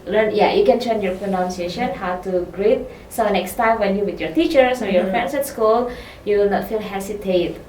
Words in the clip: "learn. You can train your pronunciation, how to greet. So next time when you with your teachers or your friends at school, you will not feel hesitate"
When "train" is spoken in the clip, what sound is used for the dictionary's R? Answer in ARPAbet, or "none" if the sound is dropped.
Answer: none